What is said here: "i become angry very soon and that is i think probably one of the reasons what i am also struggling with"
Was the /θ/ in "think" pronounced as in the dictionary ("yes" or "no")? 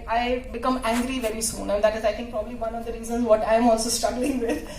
no